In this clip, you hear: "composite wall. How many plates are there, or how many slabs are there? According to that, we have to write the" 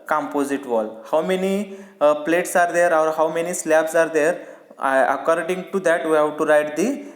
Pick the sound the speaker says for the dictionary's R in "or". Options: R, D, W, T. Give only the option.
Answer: R